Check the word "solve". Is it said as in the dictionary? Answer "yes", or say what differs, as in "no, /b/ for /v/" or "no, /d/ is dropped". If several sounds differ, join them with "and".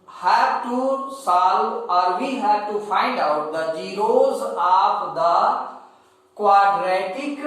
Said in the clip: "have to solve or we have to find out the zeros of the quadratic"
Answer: no, /v/ is dropped